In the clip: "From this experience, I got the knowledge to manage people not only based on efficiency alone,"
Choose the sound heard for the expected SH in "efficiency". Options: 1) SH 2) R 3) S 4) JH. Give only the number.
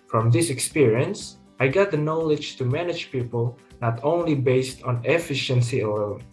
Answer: 1